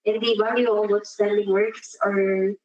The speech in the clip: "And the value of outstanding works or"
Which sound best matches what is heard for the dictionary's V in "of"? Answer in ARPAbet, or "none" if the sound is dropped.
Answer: W